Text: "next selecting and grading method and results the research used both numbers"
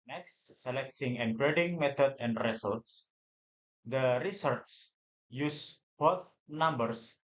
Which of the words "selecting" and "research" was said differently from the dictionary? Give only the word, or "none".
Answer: research